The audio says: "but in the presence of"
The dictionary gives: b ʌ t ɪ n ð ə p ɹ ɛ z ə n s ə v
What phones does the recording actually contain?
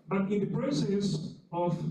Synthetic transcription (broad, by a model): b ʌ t ɪ n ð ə p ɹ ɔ s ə s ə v